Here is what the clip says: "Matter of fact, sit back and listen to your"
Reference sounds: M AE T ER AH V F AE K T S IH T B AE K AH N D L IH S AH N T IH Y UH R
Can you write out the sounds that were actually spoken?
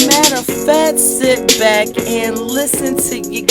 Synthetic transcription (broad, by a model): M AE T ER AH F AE T S IH T B AE K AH N L IH S AH N T IH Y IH